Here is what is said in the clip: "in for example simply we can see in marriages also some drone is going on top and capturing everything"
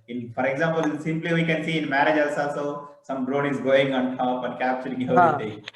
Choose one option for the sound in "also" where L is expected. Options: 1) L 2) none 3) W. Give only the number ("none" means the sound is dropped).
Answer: 2